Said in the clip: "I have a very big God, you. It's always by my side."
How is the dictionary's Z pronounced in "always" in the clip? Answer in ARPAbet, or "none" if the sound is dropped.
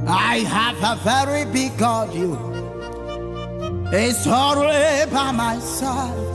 none